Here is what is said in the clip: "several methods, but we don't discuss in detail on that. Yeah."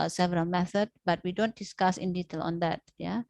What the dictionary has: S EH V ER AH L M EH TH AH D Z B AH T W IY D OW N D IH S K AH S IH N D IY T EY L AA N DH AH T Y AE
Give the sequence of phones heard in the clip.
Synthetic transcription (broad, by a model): S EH V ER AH L M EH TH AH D B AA T W IY D OW N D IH S K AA S IH N D IY T EY L AA N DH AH T Y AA